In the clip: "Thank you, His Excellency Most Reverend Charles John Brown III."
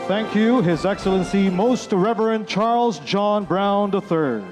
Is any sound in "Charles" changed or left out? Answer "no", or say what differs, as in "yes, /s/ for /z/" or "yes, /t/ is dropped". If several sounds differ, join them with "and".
no